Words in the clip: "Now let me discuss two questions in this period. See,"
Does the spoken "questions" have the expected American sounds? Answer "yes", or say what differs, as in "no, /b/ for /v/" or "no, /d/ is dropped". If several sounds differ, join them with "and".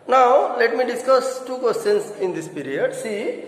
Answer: no, /s/ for /z/